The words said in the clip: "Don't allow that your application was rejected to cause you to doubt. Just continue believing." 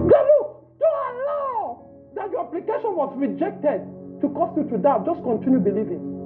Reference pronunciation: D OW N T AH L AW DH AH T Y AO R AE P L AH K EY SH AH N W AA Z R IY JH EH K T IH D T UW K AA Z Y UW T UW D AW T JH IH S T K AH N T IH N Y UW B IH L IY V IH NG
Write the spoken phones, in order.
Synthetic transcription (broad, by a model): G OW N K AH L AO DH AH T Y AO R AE P L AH K EY SH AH N W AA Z R IY JH EH K T IH D T UW K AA S Y UW T UW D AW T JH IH S K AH N T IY N Y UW B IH L IY V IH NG